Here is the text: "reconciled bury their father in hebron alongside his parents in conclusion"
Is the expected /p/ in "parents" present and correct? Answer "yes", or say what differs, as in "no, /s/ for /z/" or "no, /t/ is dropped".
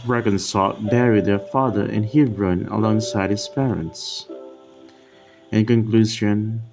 yes